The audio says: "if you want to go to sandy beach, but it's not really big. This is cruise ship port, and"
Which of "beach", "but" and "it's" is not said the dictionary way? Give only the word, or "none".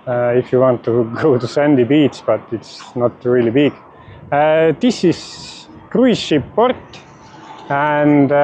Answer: beach